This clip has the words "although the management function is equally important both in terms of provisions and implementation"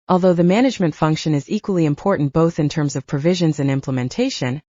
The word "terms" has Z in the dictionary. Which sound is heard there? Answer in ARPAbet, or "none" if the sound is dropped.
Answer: Z